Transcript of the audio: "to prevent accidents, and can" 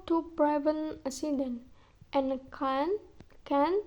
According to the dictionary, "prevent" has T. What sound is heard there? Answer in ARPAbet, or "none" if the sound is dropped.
none